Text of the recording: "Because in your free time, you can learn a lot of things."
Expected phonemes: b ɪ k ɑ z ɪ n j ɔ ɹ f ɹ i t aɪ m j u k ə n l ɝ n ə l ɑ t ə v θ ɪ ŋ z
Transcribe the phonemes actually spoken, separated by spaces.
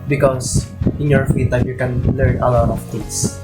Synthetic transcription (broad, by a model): b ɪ k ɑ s ɪ n j ɔ ɹ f i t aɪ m j u k ə n l ɝ n ə l ɑ t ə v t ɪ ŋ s